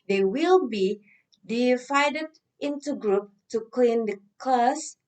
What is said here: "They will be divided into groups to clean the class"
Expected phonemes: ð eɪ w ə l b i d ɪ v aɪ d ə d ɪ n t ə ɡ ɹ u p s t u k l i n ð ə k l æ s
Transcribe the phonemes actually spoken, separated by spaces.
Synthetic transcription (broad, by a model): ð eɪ w ə l b i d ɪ f aɪ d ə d ɪ n t ə ɡ ɹ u p t u k l i n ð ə k l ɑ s